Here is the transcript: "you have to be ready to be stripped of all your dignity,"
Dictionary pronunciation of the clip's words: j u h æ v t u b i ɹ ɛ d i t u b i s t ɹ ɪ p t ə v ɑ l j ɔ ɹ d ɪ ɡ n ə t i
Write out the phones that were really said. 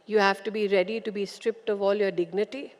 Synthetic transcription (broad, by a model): j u h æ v t u b i ɹ ɛ d i t u b i s t ɹ ɪ p t ə v ɑ l j ɔ ɹ d ɪ ɡ n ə t i